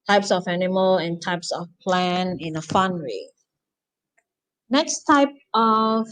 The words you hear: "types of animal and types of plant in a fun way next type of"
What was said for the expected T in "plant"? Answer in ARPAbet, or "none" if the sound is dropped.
none